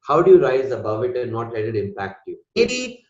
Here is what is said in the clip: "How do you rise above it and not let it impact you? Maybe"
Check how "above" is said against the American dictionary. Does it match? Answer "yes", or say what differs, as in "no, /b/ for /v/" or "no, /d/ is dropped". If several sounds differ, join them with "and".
yes